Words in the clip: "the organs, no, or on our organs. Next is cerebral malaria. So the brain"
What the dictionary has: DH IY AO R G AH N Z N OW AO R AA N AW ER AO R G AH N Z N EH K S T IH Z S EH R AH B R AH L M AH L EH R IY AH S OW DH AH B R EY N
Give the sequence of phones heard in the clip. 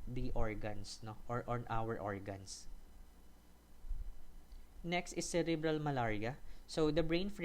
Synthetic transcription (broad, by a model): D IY AO R G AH N S N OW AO R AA N AW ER AO R G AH N S N EH K S T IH S EH R AH B R AH L M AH L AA R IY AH S OW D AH B R EY N